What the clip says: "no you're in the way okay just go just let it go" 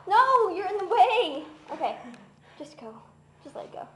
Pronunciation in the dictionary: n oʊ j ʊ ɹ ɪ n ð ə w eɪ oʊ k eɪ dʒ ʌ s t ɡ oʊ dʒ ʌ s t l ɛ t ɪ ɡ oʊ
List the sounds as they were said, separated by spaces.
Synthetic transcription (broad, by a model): n oʊ j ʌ ɹ ɪ n ð ə w eɪ oʊ k eɪ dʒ ʌ s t ɡ oʊ dʒ ʌ s t l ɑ ɪ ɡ oʊ